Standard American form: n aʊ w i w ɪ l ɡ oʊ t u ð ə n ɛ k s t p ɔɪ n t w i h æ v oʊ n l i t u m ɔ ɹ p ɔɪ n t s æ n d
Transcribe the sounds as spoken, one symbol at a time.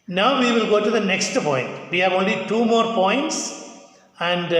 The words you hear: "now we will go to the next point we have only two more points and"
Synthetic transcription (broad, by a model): n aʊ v i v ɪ l ɡ oʊ t u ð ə n ɛ k s t p ɔɪ n t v i h æ v oʊ n l i t u m ɔ ɹ p ɔɪ n t s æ n d